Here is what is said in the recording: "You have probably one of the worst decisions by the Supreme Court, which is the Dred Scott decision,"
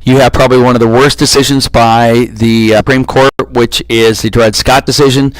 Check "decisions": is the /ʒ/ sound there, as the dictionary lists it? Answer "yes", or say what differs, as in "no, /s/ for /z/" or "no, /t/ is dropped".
yes